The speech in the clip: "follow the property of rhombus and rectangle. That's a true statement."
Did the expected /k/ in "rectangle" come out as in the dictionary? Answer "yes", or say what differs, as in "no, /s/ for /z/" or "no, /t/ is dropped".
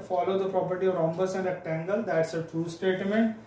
no, /k/ is dropped